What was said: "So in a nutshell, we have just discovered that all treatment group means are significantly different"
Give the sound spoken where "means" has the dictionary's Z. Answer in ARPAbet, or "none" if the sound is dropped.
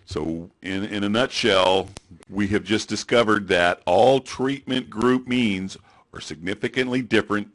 Z